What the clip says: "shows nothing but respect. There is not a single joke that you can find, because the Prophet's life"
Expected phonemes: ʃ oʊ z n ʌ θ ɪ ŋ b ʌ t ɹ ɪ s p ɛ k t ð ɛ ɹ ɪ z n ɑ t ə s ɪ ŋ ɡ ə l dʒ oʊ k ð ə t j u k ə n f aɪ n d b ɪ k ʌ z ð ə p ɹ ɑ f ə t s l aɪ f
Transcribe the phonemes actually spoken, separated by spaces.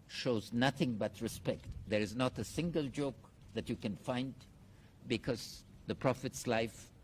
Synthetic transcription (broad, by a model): ʃ oʊ z n ʌ θ ɪ ŋ b ʌ t ɹ ɪ s p ɛ k t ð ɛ ɹ ɪ z n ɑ t ə s ɪ ŋ ɡ ə l dʒ oʊ k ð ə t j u k ə n f aɪ n d b ɪ k ʌ z ð ə p ɹ ɑ f ə t s l aɪ f